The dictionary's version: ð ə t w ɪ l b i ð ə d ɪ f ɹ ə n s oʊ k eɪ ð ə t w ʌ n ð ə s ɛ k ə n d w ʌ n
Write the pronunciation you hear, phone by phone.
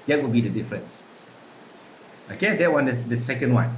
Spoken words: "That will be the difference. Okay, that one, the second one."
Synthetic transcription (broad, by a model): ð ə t w ɪ l b i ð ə d ɪ f ɹ ə n s oʊ k eɪ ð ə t w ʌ n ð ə s ɛ k ə n d w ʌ n